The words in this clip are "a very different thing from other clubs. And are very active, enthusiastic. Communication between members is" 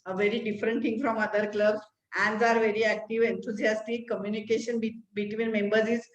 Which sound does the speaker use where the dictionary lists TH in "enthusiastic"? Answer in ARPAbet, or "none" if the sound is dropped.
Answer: T